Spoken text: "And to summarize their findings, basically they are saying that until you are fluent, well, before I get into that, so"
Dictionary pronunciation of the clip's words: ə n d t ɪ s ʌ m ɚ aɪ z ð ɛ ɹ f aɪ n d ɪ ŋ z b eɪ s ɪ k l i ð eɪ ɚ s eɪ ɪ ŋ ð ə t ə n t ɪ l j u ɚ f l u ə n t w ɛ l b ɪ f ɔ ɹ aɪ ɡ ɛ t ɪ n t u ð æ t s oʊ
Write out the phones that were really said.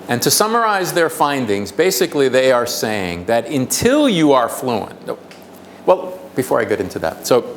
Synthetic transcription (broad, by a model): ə n t ɪ s ʌ m ɚ aɪ z ð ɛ ɹ f aɪ n d ɪ ŋ z b eɪ s ɪ k l i ð eɪ ɚ s eɪ ɪ ŋ ð ə t ə n t ɪ l j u ɚ f l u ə n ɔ w ɛ l b ɪ f ɔ ɹ aɪ ɡ ɛ t ɪ n t u ð æ t s oʊ